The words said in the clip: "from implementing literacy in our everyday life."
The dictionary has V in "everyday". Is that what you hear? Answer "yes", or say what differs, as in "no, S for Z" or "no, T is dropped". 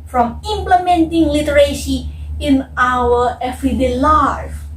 no, F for V